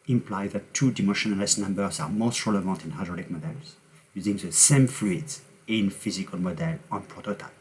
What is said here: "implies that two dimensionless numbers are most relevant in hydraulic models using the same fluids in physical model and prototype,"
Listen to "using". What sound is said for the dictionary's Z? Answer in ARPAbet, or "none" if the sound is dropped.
Z